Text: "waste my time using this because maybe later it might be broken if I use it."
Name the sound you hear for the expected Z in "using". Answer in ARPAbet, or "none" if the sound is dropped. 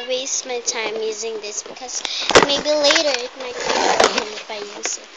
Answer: Z